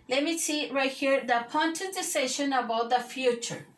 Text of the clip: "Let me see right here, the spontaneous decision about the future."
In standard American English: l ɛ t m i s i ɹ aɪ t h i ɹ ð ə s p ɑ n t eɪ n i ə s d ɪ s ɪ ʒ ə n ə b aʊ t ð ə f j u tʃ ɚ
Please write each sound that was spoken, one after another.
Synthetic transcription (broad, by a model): l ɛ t m i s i ɹ aɪ t h i ɹ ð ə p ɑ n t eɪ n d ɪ s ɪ ʃ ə n ə b aʊ t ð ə f j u tʃ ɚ